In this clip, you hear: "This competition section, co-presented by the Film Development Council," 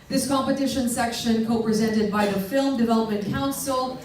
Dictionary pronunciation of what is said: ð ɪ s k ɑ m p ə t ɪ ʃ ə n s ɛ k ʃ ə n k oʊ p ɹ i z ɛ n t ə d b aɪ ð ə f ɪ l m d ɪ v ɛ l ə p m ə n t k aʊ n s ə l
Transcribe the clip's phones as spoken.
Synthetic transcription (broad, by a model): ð ɪ s k ɑ m p ə t ɪ ʃ ə n s ɛ k ʃ ə n k oʊ p ɹ i z ɛ n t ə d b aɪ ð ə f ɪ l m d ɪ v ɛ l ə p m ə n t k aʊ n s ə l